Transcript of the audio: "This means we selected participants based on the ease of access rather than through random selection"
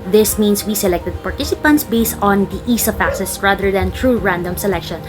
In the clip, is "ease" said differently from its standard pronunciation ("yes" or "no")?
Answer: yes